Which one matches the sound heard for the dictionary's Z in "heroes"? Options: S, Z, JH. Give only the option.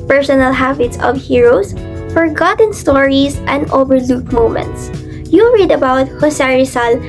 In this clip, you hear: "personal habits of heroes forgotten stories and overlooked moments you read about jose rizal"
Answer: S